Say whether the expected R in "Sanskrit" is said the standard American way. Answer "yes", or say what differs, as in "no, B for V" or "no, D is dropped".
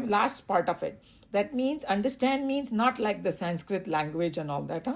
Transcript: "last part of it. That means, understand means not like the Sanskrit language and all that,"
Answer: yes